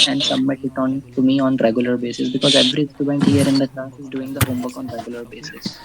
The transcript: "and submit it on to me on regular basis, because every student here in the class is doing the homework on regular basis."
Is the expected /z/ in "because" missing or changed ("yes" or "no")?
no